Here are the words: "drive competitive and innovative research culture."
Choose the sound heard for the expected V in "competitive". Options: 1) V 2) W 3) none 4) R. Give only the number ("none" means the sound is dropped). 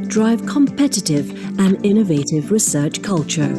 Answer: 1